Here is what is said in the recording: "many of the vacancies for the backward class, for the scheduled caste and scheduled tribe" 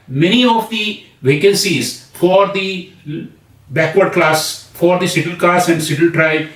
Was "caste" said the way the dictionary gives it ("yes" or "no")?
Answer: no